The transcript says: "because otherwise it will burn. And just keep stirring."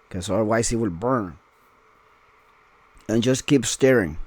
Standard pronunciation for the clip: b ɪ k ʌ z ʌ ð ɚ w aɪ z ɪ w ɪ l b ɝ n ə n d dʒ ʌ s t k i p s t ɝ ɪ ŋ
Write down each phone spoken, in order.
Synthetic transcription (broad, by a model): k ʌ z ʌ ɚ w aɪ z ɪ w ɪ l b ɝ n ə n dʒ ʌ s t k i p s t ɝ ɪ ŋ